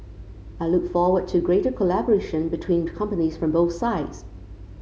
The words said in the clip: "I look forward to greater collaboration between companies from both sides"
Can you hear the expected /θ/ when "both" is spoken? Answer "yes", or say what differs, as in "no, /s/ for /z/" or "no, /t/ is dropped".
yes